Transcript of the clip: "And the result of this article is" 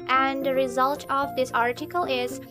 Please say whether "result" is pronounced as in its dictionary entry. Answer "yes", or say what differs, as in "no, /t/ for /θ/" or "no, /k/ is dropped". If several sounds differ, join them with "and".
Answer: yes